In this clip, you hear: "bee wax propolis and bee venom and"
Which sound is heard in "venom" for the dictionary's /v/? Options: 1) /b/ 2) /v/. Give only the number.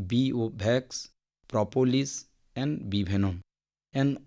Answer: 1